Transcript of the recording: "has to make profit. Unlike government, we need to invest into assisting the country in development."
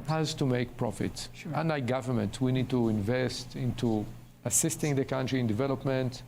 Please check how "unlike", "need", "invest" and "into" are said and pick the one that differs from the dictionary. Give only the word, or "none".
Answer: unlike